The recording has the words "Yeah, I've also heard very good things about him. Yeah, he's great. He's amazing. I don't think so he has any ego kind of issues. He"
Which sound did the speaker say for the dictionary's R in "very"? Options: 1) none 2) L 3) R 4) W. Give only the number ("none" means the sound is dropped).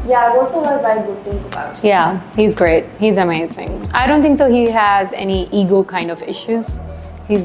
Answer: 1